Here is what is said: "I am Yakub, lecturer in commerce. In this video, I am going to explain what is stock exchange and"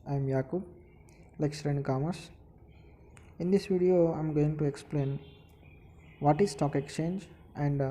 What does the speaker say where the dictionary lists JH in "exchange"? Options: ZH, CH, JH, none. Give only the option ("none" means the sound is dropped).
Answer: JH